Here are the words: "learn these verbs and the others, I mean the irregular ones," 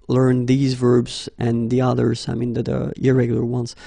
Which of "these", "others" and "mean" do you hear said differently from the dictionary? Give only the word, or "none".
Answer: none